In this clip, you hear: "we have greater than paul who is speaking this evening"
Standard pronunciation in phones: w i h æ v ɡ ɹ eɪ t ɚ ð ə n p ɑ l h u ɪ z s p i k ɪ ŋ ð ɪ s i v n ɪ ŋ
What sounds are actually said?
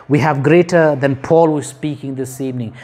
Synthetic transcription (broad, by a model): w i h æ v ɡ ɹ eɪ t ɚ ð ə n p ɑ l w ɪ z s p i k ɪ ŋ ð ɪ s i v n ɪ ŋ